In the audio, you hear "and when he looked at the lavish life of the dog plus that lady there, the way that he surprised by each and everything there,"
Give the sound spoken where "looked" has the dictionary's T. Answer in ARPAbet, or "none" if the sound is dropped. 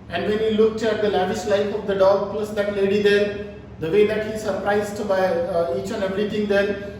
T